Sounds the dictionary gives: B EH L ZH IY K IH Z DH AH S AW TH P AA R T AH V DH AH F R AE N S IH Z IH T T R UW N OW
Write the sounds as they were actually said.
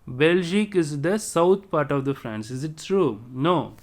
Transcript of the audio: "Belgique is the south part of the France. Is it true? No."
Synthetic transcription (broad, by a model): B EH L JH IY K IH Z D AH S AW T P AA R T AH V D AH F R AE N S IH Z IH T T R UW N OW